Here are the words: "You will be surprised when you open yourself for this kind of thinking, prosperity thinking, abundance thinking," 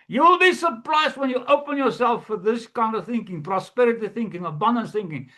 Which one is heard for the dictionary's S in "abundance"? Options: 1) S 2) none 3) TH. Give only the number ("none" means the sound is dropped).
2